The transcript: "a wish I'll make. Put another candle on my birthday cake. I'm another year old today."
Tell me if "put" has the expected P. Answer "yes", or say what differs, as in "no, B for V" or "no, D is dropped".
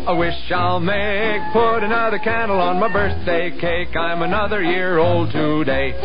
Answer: yes